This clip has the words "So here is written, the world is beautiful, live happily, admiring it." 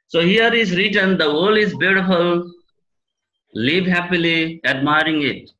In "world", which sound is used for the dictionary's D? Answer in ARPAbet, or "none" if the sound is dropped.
none